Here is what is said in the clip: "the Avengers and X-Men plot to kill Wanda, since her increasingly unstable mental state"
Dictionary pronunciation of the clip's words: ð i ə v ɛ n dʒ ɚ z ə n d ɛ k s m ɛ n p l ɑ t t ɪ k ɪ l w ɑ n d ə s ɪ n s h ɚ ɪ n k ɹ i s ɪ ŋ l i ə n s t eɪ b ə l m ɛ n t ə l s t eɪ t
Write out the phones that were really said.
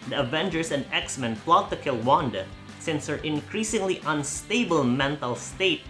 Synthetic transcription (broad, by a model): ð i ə v ɛ n dʒ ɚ s ə n d ɛ k s m ɛ n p l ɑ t t ɪ k ɪ l w ɑ n d ə s ɪ n s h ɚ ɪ n k ɹ i s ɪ ŋ l i ə n s t eɪ b ə l m ɛ n t ə l s t eɪ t